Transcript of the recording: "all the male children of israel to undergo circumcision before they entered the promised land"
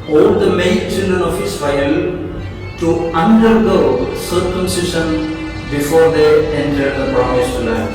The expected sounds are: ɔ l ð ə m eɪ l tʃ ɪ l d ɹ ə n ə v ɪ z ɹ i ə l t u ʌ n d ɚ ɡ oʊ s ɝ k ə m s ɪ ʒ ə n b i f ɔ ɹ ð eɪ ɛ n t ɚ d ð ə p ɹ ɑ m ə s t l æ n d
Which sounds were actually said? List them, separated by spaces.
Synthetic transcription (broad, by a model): ɔ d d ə m eɪ n tʃ ɪ l d ɹ ə n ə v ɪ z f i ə l t u ʌ n d ɚ ɡ oʊ s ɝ k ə m s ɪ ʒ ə n b i f ɔ ɹ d eɪ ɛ n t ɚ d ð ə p ɹ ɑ m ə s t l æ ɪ